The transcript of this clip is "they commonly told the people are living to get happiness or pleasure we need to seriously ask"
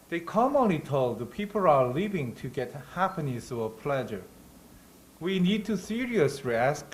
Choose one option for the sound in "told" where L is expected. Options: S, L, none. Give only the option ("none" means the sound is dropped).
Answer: L